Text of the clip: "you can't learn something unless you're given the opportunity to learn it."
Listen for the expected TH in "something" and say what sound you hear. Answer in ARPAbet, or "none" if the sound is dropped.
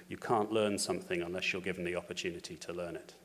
TH